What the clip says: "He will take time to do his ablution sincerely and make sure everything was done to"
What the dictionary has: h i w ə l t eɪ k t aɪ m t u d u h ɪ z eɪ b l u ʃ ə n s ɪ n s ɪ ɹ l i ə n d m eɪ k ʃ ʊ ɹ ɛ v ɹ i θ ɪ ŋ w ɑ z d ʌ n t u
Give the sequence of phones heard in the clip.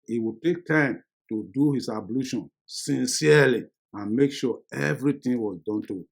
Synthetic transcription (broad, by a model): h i w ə t eɪ k t aɪ m t u d u h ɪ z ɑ b l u ʃ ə n s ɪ n s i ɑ l i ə n m eɪ k ʃ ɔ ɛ v ɹ i t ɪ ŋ w ɑ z d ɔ n t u